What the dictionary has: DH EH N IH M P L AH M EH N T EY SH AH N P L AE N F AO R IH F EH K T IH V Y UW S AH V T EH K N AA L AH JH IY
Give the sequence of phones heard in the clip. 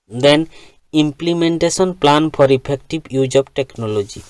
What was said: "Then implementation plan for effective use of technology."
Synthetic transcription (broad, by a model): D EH N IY M P L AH M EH N T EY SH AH N P L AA N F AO R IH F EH K T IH B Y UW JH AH B T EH K N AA L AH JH IY